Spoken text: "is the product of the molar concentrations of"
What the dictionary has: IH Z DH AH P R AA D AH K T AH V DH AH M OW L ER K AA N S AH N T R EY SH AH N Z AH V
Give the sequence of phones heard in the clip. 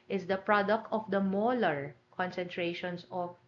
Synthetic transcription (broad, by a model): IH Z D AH P R AA D AH K T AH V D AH M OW L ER K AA N S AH N T R EY SH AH N S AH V